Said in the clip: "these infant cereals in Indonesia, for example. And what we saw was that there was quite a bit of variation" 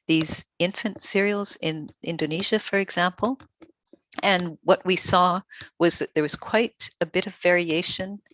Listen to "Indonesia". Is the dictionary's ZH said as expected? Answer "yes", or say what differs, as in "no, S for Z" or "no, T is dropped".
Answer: yes